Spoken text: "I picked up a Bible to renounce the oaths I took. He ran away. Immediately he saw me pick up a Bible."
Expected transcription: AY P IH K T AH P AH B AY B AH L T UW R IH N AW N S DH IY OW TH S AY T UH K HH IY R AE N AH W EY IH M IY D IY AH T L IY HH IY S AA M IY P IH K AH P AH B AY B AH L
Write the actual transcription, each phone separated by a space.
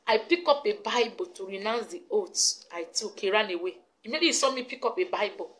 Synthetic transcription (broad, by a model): AY P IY K AO P AH B AY B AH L T UW R IH N AW N S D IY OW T AY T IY K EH R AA N AH W EY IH M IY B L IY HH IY S AA M IY P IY K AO P AH B AY B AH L